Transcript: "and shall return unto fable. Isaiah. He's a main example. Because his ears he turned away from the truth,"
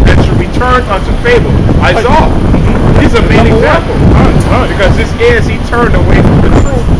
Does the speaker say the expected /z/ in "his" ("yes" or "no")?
no